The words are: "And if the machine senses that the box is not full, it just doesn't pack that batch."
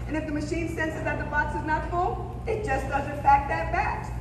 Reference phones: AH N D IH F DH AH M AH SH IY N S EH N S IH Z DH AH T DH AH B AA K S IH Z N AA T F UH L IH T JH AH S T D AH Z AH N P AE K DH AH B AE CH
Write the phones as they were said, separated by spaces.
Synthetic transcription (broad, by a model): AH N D IH F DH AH M AH SH IY N S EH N S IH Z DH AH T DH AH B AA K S IH Z N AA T F UH L IH T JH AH S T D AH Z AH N F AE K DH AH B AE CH